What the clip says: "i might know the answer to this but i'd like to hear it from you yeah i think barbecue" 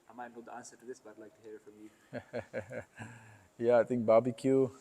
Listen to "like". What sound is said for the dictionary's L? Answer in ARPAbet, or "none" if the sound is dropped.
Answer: L